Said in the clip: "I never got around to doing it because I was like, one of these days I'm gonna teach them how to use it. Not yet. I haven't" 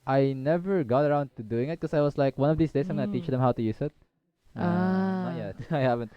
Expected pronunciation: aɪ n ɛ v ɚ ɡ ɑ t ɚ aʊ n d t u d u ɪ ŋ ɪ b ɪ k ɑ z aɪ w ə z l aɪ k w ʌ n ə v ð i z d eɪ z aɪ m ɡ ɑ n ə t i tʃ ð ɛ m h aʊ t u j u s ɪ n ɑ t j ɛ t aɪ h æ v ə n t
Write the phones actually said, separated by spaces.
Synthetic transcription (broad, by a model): aɪ n ɛ v ɚ ɡ ɑ t ɚ aʊ n d t u d u ɪ ŋ ɪ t k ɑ s aɪ w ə s l aɪ k w ʌ n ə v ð i s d eɪ s aɪ m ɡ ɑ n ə t i tʃ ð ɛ m h aʊ t u j u s ɪ t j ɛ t aɪ h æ v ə n t